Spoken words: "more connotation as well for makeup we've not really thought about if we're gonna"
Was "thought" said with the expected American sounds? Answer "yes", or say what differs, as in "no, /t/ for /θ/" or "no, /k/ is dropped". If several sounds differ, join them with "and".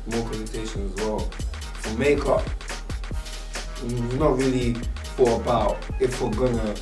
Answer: no, /f/ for /θ/ and /t/ is dropped